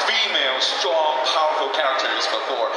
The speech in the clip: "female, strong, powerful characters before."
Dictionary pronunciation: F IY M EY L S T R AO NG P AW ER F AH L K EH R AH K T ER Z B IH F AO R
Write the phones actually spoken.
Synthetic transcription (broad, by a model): F IY M EY L S T R AO NG P AW ER F L K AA AH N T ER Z B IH F AO R